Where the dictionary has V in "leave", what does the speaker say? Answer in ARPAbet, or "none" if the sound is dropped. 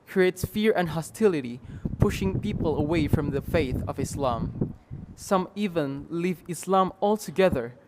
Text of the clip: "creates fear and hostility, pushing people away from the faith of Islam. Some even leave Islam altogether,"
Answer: V